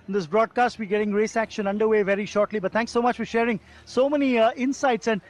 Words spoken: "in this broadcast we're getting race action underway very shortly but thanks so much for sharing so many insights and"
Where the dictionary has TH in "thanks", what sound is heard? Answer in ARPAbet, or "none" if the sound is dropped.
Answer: T